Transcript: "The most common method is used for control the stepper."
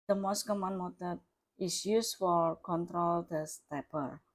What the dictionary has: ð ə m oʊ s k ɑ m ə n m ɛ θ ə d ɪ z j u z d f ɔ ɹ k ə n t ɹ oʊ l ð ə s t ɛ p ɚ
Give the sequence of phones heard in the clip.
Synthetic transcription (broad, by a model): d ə m oʊ s k ɑ m ə n m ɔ t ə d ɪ s j u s f ɔ ɹ k ə n t ɹ oʊ l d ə s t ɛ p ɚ